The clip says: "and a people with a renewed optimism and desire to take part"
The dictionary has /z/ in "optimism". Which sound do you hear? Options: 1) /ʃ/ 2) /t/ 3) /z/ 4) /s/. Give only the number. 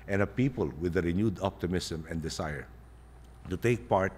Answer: 4